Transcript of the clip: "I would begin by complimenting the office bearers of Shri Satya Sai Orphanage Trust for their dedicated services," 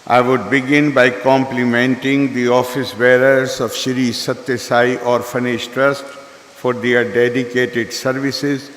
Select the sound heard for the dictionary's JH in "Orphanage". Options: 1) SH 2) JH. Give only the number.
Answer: 1